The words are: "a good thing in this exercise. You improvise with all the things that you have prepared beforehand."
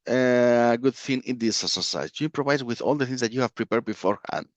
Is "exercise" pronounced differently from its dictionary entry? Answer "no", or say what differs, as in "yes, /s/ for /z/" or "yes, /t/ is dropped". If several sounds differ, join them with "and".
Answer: yes, /k/ is dropped and /z/ is dropped